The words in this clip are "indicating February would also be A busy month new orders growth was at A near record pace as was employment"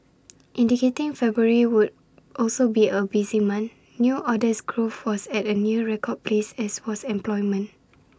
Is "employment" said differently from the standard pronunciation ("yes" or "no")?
yes